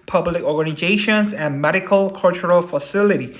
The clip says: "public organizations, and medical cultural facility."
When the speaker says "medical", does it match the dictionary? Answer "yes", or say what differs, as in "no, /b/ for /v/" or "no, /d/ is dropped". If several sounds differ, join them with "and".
yes